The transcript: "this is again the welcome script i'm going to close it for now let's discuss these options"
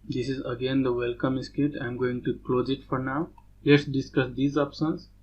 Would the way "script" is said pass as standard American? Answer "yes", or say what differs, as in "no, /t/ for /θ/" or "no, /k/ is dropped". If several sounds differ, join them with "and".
no, /ɹ/ is dropped and /p/ is dropped